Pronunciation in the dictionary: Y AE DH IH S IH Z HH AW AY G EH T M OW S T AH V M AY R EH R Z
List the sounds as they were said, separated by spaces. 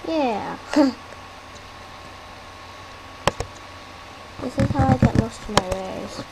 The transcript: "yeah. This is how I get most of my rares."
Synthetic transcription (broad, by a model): Y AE DH IH S IH Z HH AW AY G EH T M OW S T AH M AY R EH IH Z